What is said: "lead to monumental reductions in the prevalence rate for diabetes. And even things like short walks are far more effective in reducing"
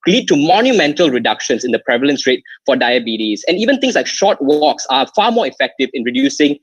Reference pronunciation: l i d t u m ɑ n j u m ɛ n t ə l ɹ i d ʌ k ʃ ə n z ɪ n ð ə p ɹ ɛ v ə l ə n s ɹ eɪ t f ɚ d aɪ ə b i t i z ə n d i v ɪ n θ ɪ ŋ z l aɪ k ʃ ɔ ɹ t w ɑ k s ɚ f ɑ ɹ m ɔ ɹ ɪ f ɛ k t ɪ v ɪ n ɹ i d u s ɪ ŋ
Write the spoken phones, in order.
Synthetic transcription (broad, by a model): l i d t u m ɑ n j u m ɛ n t ə l ɹ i d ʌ k ʃ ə n s ɪ n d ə p ɹ ɛ v ə l ə n s ɹ eɪ t f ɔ d aɪ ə b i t i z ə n i v ɪ n t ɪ ŋ s l aɪ k ʃ ɔ t w ɑ k s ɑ f ɑ m ɔ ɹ ɪ f ɛ k t ɪ v ɪ n ɹ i d u s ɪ ŋ